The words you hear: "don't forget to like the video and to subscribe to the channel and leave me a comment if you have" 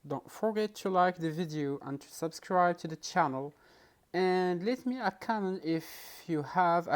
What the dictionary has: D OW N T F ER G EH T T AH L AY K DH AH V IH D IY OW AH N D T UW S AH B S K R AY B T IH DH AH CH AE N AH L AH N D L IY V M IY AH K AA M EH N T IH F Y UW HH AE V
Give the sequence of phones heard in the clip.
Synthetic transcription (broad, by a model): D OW N T F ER G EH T T AH L AY K DH AH V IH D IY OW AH N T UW S AH B S K R AY B T IH DH AH CH AE N AH L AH N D L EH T M IY AH K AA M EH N IH F Y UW HH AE V